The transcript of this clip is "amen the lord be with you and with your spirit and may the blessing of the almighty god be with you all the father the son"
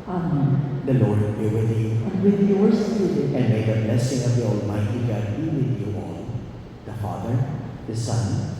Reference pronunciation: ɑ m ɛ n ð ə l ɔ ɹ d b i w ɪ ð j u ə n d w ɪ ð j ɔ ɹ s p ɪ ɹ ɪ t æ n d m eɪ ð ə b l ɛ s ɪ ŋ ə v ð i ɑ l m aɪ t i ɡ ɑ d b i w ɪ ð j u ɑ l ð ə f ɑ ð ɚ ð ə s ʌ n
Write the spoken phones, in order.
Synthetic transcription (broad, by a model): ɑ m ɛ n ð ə l ɔ ɹ d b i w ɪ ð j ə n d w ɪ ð j ɔ ɹ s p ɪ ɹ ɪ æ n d m eɪ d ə b l ɛ s ɪ ŋ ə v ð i ɑ l m aɪ t i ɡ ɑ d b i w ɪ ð j u ɑ l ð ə f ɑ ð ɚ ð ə s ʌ n